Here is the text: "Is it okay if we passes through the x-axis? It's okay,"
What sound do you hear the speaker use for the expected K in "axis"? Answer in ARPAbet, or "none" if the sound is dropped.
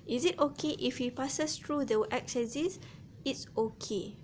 none